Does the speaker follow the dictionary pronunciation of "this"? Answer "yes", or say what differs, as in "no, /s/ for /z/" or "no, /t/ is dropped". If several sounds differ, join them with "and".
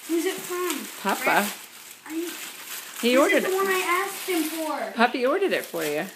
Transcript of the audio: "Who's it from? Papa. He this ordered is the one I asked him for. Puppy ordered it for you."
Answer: no, /s/ is dropped